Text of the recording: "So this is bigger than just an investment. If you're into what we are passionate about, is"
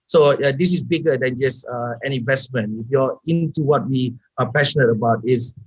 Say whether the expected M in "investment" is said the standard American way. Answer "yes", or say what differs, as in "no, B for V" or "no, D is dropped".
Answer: yes